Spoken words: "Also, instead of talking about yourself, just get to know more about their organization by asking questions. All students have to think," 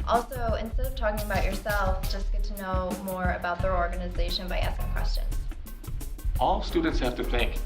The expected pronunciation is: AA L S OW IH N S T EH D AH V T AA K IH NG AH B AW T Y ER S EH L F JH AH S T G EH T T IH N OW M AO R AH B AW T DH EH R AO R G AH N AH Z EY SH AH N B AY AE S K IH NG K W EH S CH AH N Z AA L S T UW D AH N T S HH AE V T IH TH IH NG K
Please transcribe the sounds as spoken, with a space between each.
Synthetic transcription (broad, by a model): AA L S OW IH N S T EH D AH V T AA K IH NG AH B AW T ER S EH L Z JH AH S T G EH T T IH N OW M AO R AH B AW T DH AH R AO R G AH N AH Z EY SH AH N B AY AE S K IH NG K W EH S CH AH N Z AA L S T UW D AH N T S HH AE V T IH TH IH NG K